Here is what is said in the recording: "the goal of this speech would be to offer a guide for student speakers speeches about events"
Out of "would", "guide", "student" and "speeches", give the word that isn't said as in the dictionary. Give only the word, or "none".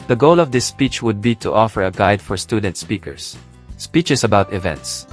speeches